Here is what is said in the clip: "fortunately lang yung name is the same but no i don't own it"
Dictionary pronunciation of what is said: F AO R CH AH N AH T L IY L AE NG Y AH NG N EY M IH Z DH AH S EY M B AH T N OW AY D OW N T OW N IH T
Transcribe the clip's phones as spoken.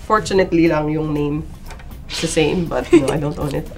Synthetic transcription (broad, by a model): F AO R CH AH N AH T L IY L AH NG Y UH NG N EY IH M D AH S EY M B AH T N OW AY D OW N T OW N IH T